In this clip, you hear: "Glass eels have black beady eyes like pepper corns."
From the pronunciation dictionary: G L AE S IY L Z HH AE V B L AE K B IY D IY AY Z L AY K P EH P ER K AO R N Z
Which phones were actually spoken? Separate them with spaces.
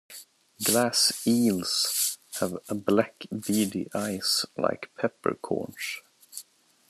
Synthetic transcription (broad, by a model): G L AE S IY L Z HH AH V B L AE K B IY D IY AY S L AY K P EH P ER K AO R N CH